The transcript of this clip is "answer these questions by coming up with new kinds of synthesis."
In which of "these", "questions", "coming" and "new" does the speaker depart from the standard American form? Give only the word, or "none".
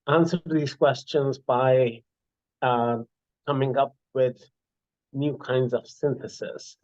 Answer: none